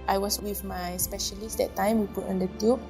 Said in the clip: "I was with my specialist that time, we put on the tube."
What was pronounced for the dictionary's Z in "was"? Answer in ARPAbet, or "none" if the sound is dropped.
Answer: S